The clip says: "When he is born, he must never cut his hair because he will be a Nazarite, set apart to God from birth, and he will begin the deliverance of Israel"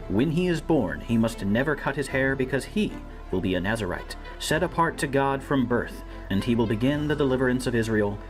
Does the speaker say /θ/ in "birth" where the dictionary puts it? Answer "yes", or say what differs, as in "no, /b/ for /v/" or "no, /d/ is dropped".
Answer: yes